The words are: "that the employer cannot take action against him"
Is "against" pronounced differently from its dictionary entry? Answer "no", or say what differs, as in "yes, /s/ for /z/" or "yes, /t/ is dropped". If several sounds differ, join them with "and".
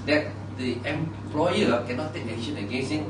yes, /t/ is dropped